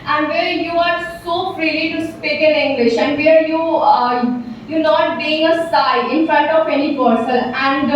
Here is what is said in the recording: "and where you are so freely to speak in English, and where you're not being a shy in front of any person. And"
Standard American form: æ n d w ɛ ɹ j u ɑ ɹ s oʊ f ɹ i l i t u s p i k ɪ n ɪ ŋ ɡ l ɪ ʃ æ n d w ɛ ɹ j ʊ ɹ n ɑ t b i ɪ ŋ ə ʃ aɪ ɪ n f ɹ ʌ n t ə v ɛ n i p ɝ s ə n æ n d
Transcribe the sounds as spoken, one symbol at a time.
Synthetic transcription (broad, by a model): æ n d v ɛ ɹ j u ɑ ɹ s oʊ f ɹ i l i t u s p i k ɪ n ɪ ŋ ɡ l ɪ ʃ æ n d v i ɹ j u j n ɑ t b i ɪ ŋ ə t aɪ ɪ n f ɹ ʌ n t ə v ɛ n i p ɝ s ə l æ n d